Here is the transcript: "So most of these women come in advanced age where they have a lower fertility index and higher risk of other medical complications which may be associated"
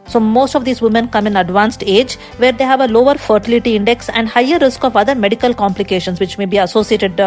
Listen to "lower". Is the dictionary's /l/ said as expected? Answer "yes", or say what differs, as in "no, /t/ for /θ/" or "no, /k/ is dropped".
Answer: yes